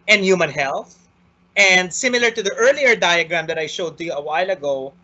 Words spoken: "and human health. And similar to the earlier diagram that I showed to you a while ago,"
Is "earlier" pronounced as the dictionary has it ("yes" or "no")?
yes